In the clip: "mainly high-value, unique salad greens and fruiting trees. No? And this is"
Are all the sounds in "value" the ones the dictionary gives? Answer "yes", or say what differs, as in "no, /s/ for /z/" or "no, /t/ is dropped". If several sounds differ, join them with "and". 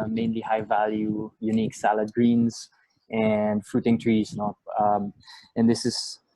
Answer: yes